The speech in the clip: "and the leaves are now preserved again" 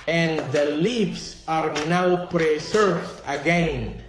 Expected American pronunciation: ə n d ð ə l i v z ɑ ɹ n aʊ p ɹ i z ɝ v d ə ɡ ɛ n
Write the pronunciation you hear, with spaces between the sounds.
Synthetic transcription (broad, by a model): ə n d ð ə l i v s ɑ ɹ n aʊ p ɹ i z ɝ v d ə ɡ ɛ n